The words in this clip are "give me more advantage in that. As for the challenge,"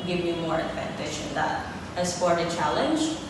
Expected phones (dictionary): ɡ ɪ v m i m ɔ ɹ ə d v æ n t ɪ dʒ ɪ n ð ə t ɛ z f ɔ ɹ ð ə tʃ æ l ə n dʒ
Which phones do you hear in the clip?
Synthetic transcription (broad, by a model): ɡ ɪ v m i m ɔ ɹ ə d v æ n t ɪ ʃ ɪ n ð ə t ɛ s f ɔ ɹ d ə tʃ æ l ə n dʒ